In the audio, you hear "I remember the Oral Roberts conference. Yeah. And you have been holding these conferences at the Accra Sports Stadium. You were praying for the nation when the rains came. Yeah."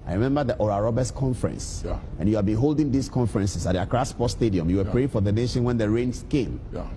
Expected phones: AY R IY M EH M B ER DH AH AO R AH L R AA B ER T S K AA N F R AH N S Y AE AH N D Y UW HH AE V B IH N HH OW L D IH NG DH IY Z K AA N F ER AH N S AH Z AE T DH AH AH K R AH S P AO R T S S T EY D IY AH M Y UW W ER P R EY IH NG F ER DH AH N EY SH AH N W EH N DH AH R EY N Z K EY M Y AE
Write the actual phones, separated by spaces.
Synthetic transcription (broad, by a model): AY R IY M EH M B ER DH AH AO R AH R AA B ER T S K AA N F R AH N S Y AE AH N Y UW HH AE V B IH N HH OW L D IH NG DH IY S K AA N F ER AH N S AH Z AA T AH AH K R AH S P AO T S S T EY D IY AH M Y UW W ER P R EY IH NG F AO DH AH N EY SH AH N W EH N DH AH R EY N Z K EY M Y